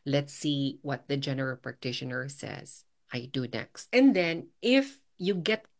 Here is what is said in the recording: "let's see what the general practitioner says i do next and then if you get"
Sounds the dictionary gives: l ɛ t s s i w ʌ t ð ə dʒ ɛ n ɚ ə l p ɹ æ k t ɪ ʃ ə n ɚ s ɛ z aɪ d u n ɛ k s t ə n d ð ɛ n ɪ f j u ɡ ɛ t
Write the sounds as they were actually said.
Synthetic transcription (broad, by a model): l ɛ t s s i w ʌ t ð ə dʒ ɛ n ɚ ə l p ɹ æ k t ɪ ʃ ə n ɚ s ɛ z aɪ d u n ɛ k s t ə n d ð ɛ n ɪ f j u ɡ ɛ t